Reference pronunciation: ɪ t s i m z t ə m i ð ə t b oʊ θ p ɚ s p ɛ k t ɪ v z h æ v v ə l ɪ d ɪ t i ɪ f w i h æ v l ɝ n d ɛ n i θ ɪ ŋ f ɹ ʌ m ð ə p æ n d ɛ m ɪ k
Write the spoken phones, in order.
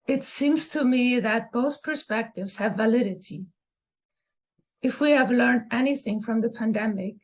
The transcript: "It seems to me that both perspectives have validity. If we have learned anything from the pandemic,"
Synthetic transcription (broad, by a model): ɪ t s i m z t ə m i ð ə t b oʊ θ p ɚ s p ɛ k t ɪ v z h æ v v ə l ɪ d ɪ t i ɪ f w i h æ v l ɝ n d ɛ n i θ ɪ ŋ f ɹ ʌ m ð ə p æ n d ɛ m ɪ k